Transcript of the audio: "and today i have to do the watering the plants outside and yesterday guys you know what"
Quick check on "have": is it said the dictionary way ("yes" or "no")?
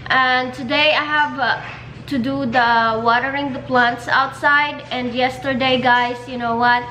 yes